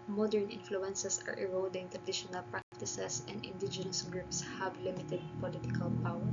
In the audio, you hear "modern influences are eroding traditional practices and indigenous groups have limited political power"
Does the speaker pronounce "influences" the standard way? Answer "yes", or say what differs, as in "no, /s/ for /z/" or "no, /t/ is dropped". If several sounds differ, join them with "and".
no, /s/ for /z/